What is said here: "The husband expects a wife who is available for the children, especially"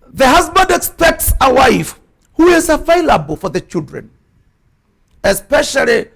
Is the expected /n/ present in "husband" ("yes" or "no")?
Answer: yes